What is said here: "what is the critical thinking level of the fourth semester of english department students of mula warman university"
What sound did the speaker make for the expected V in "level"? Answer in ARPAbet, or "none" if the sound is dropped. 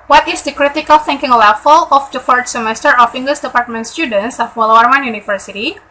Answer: F